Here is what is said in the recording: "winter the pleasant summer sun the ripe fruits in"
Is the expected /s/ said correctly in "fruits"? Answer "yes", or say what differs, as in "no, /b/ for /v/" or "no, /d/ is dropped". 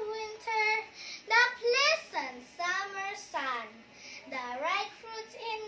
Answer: no, /s/ is dropped